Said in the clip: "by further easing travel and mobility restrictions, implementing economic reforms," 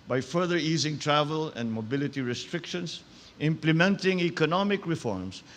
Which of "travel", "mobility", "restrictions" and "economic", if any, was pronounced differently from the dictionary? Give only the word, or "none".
restrictions